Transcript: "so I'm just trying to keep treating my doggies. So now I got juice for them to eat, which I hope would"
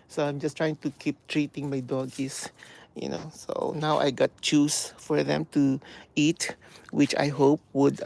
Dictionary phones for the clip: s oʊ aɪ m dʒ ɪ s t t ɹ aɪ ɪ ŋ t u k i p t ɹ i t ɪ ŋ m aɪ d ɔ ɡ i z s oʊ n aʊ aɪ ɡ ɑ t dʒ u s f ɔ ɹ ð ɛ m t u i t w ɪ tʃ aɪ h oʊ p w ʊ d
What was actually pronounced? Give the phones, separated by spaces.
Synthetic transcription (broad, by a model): s oʊ aɪ m dʒ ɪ s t t ɹ aɪ ɪ ŋ t u k i p t ɹ i t ɪ ŋ m aɪ d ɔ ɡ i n s oʊ n aʊ aɪ ɡ ɑ t tʃ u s f ɔ ɹ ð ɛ m t u i t w ɪ tʃ aɪ h oʊ p w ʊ d